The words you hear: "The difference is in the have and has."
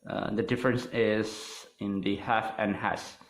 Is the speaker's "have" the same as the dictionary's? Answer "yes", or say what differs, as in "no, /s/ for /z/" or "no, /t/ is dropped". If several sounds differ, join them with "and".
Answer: no, /f/ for /v/